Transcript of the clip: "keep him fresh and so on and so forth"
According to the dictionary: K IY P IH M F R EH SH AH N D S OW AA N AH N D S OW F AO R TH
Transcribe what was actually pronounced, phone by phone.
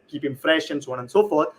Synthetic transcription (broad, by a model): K IY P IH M F R EH SH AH N S OW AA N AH N S OW F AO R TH